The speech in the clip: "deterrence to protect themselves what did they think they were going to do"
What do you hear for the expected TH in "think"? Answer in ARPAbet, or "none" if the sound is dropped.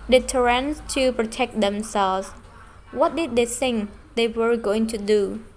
S